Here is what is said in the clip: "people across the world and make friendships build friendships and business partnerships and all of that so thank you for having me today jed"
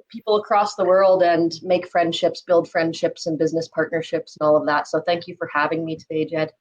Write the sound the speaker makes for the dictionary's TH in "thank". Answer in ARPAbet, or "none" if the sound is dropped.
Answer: TH